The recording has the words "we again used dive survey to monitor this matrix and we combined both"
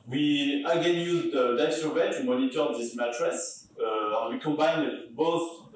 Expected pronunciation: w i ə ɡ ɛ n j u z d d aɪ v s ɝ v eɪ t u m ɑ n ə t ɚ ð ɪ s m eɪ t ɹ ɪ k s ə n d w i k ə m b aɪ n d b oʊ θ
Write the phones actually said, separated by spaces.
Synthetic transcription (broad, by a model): w i ə ɡ ɛ n j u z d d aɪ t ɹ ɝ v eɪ t u m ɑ n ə t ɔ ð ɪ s m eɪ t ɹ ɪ s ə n w i k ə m b aɪ n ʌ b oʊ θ